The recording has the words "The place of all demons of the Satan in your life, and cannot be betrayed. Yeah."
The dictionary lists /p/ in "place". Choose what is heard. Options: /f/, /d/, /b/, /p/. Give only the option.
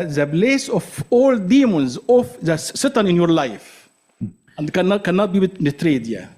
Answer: /b/